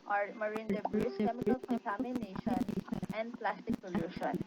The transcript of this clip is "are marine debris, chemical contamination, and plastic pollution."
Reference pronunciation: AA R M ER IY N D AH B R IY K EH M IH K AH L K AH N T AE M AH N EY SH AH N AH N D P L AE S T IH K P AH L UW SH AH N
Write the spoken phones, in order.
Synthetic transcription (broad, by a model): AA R M ER IY N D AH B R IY K EH M IH K AH L K AH N T AE M AH N EY SH AH N AH N D P L AE S T IH K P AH L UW SH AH N